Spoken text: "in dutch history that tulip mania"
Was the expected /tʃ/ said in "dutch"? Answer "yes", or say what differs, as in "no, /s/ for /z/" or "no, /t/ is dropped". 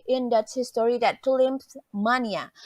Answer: no, /s/ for /tʃ/